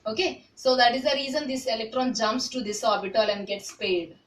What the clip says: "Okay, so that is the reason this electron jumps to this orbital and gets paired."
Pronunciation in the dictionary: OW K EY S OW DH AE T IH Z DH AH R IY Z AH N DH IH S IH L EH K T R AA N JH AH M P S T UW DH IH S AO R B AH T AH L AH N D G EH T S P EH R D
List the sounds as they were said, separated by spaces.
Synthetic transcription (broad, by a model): OW K EY S OW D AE T IH Z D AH R IY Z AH N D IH S IH L EH K T R AA N JH AH M P S T UW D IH S AO R B AH T AH L AH N D G EH T S P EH D